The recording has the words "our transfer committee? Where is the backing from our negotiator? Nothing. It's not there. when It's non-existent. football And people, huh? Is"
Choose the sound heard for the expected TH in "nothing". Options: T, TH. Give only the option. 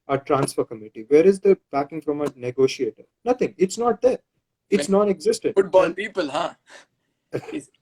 T